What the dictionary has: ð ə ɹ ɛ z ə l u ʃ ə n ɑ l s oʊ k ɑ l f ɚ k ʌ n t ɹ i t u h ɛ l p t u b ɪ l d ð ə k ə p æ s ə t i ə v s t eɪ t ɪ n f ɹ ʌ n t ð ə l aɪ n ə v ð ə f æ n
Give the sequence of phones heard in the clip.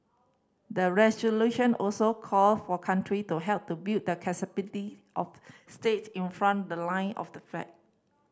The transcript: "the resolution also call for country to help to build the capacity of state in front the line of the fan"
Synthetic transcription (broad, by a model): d ə ɹ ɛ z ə l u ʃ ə n ɑ l s oʊ k ɑ l f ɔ k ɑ n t ɹ i t u h ɛ l p t u b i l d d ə k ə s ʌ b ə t i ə f s t eɪ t ɪ n f ɹ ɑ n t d ə l aɪ n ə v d ə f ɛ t